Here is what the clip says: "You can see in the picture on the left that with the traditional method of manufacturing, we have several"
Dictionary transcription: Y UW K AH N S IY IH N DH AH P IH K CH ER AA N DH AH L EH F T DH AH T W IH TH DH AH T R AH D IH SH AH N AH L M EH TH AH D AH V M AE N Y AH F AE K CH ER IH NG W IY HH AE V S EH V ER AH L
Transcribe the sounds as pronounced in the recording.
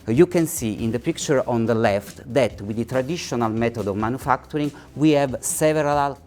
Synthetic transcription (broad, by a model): Y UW K AH N S IY IH N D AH P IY K CH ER AA N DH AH L EH F T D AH T W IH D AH T R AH D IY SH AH N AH L M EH T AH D AH V M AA N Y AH F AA K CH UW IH NG W IY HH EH V S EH V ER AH L